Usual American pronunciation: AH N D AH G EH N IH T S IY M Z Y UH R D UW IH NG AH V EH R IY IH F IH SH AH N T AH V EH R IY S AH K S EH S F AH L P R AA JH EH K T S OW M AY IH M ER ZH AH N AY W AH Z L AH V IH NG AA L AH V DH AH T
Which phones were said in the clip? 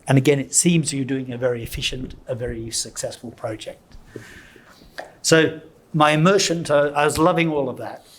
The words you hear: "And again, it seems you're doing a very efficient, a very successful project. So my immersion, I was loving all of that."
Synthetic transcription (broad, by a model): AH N AH G EH N IH T S IY M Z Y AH R D UW IH NG AH V EH R IY IH F IH SH AH N T AH V EH R IY S AH K S EH S F AH L P R AA JH EH K T S OW M AY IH M ER SH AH N AY W AH Z L AH V IH NG AA L AH V DH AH T